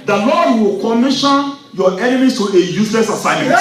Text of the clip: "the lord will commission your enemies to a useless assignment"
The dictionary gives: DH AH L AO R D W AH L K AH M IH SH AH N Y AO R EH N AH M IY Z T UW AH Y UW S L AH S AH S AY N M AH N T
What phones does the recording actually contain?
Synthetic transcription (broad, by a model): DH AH L AO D W AH L K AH M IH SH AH N Y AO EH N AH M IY T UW AH Y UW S L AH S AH S AY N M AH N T